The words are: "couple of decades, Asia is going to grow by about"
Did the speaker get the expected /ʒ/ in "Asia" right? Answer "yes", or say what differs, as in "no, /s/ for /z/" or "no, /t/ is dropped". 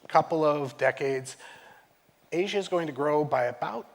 yes